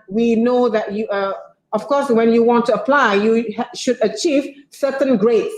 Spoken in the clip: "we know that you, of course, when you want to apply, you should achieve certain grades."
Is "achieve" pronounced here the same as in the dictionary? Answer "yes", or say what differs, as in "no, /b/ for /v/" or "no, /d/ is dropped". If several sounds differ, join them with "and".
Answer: yes